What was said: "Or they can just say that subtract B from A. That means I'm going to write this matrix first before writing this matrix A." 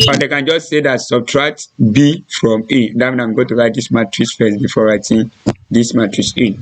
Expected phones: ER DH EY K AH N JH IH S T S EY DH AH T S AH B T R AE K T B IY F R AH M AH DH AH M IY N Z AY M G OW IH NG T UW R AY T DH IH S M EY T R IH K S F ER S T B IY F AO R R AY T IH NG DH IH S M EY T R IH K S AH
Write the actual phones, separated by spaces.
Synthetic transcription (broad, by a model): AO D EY K AH N JH IH S T S EY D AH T S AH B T R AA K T B IY F R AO M AH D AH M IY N AY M G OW T UW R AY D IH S M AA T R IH S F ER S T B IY F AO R R AY T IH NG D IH S M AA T R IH S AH